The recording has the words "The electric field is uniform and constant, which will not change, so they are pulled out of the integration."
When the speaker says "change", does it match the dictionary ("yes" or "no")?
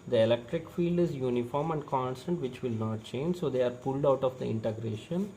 yes